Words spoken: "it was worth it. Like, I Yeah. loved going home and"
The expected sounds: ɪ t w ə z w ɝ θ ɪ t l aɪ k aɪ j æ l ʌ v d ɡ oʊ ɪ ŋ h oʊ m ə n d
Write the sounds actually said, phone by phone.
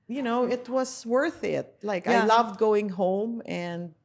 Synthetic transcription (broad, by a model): ɪ t w ə z w ɝ θ ɪ t l aɪ k aɪ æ l ʌ v d ɡ oʊ ɪ ŋ h oʊ m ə n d